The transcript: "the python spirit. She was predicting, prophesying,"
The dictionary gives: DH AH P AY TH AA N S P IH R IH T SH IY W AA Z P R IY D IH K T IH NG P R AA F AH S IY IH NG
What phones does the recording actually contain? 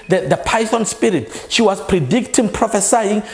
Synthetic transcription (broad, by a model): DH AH P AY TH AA N S P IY R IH T SH IY W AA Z P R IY D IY K T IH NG P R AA F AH S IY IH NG